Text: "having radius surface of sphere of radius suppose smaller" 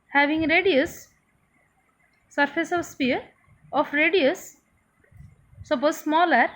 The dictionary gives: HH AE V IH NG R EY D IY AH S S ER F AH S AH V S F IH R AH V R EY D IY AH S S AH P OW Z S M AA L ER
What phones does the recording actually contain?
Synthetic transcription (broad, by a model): HH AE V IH NG R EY D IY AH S S ER F AH S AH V S P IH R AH F R EY D IY AH S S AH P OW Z S M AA L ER